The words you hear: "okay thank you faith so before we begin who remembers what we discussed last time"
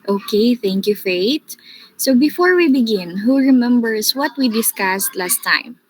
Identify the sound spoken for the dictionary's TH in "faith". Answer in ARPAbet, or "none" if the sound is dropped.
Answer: T